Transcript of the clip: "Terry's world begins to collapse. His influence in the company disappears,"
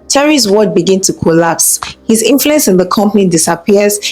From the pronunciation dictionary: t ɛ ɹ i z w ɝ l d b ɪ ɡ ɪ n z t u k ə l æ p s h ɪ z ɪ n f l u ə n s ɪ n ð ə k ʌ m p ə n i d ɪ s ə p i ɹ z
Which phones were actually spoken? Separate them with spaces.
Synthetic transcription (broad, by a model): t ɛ ɹ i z w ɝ d b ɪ ɡ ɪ n t u k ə l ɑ p s h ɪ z ɪ n f l u ə n s ɪ n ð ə k ʌ m p ə n i d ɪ s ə p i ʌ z